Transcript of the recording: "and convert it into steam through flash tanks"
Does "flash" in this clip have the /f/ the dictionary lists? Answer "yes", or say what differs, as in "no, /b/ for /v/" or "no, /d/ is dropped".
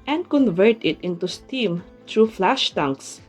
yes